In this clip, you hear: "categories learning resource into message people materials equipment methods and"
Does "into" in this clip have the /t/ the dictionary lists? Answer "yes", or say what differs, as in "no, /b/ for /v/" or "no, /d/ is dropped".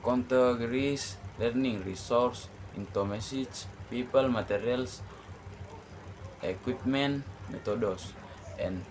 yes